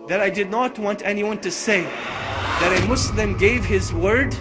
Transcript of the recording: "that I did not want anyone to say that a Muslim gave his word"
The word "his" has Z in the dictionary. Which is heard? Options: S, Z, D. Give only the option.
Z